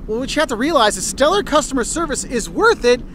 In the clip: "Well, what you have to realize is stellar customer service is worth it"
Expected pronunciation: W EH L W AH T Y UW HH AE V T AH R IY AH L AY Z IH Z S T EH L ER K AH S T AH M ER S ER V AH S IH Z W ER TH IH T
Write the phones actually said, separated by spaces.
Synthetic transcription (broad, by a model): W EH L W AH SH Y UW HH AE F T AH R IY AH L AY Z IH S T EH L ER K AH S T AH M ER S ER V AH S IH Z W ER TH IH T